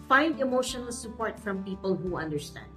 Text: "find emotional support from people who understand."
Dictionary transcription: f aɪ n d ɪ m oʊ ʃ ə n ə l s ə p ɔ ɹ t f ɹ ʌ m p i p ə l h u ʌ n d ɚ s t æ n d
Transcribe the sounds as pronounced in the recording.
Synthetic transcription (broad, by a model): f aɪ n d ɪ m oʊ ʃ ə n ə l s ə p ɔ ɹ t f ɹ ʌ m p i p ə l h u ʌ n d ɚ s t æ n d